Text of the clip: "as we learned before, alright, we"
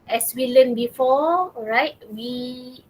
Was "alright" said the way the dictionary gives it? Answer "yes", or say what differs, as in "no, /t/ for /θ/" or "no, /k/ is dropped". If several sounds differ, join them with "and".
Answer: no, /l/ is dropped